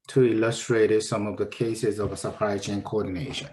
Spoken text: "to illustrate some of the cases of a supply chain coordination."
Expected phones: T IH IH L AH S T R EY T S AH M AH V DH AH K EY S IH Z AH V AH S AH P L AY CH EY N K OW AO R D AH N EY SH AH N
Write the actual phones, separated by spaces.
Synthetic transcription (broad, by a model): T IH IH L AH S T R EY T S AH M AH V DH AH K EY S IH Z AH V AH S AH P AY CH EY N K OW AO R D N EY SH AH N